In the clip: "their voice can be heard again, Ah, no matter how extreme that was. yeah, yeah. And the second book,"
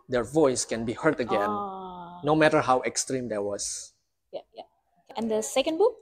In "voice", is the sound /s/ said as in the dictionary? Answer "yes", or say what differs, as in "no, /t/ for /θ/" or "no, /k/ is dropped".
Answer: yes